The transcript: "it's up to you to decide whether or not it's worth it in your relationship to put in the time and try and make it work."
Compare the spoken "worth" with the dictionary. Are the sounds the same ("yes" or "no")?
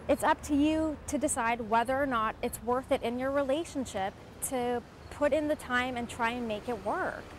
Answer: yes